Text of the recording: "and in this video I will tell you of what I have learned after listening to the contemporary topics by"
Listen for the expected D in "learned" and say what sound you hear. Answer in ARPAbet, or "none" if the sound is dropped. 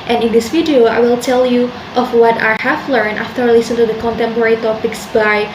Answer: none